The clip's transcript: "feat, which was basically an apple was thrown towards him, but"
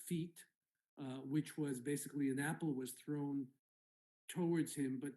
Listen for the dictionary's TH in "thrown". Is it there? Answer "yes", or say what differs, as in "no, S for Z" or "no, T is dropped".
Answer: yes